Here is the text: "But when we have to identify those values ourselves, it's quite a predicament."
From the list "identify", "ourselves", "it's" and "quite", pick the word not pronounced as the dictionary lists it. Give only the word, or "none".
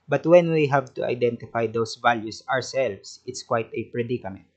ourselves